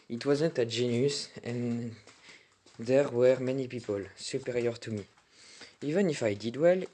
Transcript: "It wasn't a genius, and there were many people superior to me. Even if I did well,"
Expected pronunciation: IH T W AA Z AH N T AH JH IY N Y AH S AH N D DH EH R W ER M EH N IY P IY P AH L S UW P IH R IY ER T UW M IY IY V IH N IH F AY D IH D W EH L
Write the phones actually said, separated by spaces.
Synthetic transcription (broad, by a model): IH T W AA Z AH N T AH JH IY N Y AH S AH N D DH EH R W ER M EH N IY P IY P AH L S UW P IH R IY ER T UW M IY IY V IH N IH F AY D IH D W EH L